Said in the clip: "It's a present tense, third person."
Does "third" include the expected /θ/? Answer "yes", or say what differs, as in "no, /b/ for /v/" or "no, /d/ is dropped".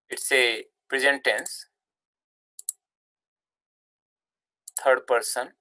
no, /t/ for /θ/